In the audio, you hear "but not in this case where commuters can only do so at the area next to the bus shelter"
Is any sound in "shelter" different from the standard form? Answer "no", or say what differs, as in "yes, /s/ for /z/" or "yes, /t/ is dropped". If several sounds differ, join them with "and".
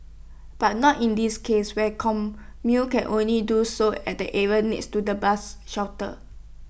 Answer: yes, /w/ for /l/